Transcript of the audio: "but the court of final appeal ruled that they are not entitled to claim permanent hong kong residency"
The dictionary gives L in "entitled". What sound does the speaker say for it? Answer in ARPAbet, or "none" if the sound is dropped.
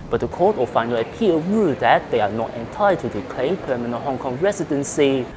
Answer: none